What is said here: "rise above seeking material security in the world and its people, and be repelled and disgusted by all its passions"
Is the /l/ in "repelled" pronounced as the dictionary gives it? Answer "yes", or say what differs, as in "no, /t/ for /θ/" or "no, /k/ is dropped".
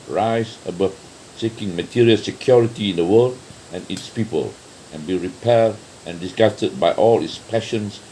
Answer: no, /l/ is dropped